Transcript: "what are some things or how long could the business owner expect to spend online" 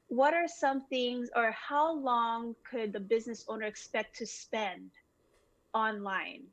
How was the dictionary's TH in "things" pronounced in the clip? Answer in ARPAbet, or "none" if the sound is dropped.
TH